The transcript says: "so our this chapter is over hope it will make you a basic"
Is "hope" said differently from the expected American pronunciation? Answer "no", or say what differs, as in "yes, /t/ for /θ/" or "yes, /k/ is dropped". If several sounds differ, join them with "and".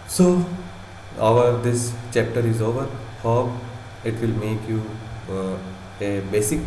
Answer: yes, /p/ is dropped